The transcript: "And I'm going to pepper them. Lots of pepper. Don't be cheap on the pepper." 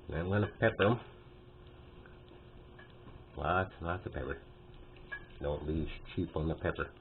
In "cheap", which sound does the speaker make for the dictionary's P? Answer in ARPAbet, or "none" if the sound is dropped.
P